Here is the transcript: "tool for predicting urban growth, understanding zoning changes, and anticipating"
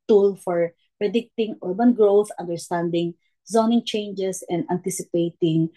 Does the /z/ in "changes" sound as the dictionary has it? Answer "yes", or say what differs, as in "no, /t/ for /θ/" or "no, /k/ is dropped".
no, /s/ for /z/